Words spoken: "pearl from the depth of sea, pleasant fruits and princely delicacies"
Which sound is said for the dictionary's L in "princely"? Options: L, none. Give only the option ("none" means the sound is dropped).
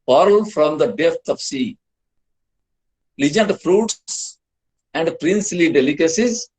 L